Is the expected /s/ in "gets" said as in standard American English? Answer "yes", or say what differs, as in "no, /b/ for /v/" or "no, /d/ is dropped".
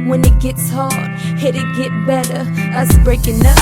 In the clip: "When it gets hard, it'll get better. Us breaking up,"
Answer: yes